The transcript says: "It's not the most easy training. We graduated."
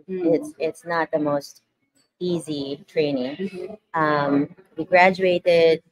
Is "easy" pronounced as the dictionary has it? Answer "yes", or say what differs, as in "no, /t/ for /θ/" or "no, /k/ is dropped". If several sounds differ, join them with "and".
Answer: yes